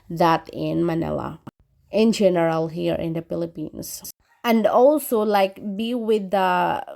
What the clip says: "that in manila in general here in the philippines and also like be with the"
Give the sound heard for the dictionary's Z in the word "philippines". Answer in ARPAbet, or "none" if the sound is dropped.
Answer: S